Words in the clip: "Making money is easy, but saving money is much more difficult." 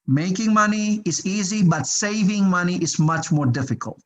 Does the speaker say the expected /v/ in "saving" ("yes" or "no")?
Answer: yes